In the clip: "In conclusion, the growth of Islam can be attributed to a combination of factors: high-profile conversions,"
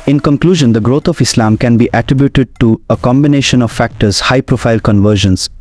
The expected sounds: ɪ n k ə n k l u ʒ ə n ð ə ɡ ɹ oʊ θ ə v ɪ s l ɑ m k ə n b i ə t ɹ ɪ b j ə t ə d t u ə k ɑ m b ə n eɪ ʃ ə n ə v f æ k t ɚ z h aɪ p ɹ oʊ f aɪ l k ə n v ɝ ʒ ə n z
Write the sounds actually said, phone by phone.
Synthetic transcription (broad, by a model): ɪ n k ə n k l u ʒ ə n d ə ɡ ɹ oʊ t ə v ɪ s l ɑ m k ə n b i ə t ɹ ɪ b j ə t ə d t u ə k ɑ m b ə n eɪ ʃ ə n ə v f æ k t ɚ z h aɪ p ɹ oʊ f aɪ l k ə n v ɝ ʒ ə n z